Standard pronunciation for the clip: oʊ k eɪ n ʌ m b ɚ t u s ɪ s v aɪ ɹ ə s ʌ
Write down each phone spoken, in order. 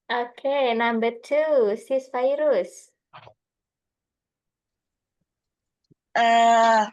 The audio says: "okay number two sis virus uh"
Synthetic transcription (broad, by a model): oʊ k eɪ n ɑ m b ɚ t u s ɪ s f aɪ ɹ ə s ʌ